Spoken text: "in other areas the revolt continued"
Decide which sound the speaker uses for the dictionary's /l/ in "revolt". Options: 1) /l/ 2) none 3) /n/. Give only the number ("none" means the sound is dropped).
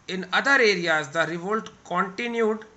1